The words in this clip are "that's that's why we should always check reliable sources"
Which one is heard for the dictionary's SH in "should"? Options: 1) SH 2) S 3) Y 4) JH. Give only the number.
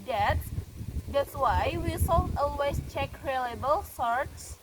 2